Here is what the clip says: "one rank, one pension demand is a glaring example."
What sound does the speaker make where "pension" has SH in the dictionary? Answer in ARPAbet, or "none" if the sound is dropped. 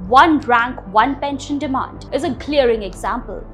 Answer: SH